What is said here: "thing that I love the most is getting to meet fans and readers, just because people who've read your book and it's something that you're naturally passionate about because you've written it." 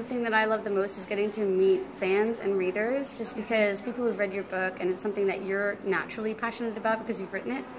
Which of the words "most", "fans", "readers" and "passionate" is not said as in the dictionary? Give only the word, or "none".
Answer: none